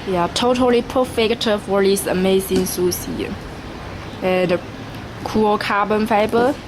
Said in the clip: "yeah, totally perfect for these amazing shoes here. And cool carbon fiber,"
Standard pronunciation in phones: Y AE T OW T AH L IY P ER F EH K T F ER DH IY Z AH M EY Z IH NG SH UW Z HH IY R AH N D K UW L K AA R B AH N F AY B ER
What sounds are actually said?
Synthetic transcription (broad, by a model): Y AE T OW T AH L IY P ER F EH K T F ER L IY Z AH M EY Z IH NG S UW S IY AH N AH K UW L K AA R B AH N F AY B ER